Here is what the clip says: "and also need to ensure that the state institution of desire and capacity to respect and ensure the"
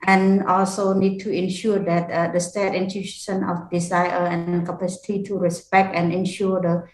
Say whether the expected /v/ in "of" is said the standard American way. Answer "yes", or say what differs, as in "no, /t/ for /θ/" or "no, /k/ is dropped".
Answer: no, /f/ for /v/